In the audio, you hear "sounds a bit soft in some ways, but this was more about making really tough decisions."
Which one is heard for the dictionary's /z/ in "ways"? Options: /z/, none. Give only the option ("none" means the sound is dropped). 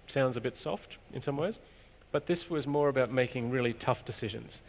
/z/